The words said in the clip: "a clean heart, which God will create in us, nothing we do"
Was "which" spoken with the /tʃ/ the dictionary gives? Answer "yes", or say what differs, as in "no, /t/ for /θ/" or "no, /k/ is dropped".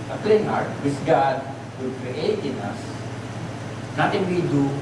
no, /s/ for /tʃ/